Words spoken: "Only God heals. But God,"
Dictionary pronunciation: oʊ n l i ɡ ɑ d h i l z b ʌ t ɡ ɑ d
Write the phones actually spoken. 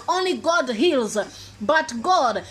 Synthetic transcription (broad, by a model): oʊ n l i ɡ ɑ d h i l z b ʌ t ɡ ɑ d